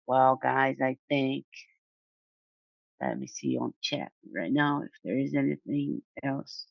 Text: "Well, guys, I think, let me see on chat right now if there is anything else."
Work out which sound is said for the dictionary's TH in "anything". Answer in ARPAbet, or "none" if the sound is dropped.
TH